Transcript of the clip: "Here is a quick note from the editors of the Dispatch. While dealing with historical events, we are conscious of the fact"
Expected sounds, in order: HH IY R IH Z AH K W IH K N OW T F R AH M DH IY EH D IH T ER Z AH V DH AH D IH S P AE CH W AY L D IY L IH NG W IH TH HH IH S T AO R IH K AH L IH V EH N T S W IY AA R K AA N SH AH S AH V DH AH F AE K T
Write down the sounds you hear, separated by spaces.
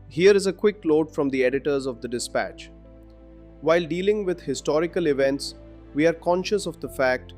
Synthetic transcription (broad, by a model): HH IY R IH Z AH K W IH K L OW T F R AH M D IY EH D IH T ER Z AH V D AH D IH S P AE CH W AY L D IY L IH NG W IH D HH IH S T AO R IH K AH L IH V EH N T S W IY AA R K AA N SH AH S AH V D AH F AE K T